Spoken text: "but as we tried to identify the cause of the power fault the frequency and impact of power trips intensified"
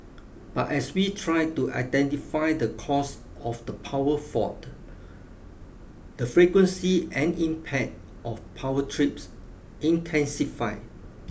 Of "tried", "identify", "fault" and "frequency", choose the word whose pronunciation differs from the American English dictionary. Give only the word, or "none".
fault